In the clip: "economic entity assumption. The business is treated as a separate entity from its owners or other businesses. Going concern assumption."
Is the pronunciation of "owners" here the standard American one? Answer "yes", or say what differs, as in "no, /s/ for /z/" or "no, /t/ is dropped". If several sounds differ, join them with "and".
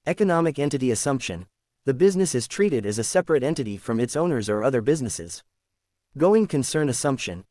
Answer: yes